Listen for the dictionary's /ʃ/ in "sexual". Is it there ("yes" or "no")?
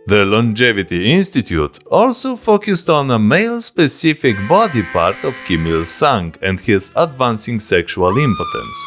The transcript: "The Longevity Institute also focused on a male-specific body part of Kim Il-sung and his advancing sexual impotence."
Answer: yes